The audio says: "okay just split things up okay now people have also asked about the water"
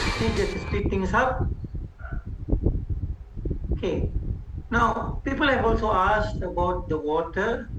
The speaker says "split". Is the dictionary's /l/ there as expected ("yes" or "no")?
no